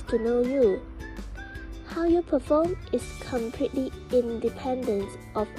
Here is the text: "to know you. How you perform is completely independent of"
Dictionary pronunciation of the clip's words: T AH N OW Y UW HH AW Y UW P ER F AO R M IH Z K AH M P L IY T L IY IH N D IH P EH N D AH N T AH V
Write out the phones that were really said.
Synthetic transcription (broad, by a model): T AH N OW Y UW HH AW Y UW P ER F AO M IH S K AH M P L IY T L IY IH N D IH P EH N D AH N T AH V